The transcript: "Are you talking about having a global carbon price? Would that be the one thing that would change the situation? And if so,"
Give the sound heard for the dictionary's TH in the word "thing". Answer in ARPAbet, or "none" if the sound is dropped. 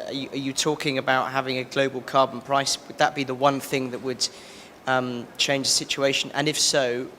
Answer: TH